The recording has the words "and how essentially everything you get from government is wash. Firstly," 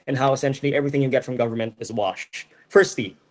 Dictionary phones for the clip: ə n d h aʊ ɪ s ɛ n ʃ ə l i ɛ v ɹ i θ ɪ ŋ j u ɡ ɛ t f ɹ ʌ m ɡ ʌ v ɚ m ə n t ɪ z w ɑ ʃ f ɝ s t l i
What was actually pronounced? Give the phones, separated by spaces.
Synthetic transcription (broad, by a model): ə n h aʊ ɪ s ɛ n ʃ l i ɛ v ɹ i θ ɪ ŋ j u ɡ ɛ t f ɹ ʌ m ɡ ʌ v ɚ m ə n t ɪ z w ɑ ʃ f ɝ s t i